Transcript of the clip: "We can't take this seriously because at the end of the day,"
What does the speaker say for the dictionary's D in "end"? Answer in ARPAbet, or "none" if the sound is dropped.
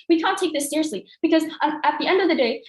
D